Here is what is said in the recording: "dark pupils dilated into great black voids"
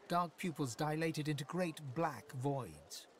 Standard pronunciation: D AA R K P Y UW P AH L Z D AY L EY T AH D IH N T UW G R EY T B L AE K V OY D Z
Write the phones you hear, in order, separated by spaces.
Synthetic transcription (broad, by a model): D AA R K P Y UW P AH L Z D AY L EY T AH D IH N T UW G R EY T B L AE K V OY D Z